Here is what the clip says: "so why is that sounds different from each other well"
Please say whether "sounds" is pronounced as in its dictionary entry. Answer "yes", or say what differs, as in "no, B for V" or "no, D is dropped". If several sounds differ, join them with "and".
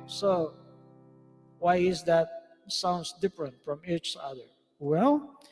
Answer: no, S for Z